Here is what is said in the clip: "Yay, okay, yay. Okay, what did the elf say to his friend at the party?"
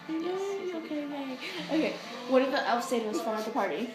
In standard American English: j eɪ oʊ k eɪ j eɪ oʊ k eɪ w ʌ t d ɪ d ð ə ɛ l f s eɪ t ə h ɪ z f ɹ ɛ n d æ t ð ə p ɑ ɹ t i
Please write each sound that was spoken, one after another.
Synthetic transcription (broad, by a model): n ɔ oʊ k eɪ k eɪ oʊ k eɪ w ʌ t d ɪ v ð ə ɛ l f s eɪ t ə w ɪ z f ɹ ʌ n ʌ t ð ə p ɑ ɹ t i